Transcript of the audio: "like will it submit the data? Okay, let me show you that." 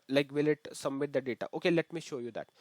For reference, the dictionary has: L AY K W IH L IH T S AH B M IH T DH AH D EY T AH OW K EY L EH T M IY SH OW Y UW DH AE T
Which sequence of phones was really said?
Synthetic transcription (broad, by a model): L AY K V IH L IH T S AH M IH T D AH D EY T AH OW K EY L EH T M IY SH OW Y UW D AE T